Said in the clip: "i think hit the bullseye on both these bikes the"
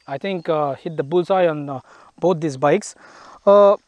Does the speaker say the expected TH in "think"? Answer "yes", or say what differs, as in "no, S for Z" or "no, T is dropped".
no, T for TH